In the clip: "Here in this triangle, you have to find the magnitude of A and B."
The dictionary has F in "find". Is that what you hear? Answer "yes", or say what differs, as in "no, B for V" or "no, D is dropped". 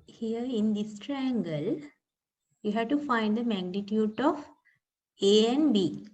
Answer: yes